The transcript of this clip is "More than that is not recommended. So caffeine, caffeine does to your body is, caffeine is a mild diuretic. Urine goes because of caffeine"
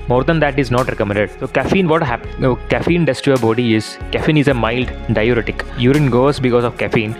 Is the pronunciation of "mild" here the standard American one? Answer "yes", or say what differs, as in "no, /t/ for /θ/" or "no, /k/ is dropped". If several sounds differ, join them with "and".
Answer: yes